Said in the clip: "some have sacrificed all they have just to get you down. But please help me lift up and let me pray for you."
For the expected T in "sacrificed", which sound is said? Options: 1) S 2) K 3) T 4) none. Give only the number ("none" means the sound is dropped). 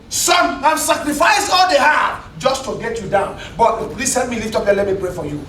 4